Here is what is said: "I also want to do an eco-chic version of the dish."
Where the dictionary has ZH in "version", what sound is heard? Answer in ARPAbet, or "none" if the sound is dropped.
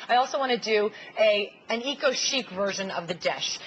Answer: ZH